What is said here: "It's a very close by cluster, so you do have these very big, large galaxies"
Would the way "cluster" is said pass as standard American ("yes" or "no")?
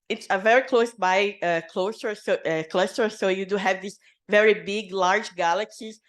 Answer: no